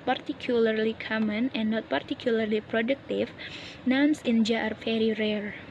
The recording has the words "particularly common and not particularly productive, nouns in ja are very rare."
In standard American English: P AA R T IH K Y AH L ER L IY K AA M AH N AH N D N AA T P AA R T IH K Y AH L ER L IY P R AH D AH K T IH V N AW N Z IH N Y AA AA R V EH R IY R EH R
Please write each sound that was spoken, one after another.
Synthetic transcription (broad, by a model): P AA R T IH K Y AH L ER L IY K AA M AH N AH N N AA T P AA R T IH K Y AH L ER L IY P R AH D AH K T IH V N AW N S IH N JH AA AA R F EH R IY R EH R